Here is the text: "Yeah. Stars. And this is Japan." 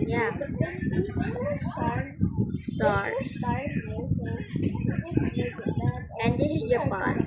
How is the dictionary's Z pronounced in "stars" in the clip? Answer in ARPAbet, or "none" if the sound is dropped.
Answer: none